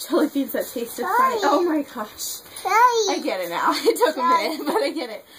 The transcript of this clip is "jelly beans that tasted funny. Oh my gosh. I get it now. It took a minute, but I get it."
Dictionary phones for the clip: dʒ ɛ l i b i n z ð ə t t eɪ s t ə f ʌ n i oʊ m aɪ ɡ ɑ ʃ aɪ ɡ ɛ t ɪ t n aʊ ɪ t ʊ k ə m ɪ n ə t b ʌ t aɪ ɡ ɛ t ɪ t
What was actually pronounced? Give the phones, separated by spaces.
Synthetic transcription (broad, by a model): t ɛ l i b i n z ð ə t t eɪ s t ə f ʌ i oʊ m aɪ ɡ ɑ ʃ aɪ ɡ ɛ t ɪ t n aʊ ɪ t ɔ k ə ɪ ə b ʌ t aɪ ɡ ɛ t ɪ t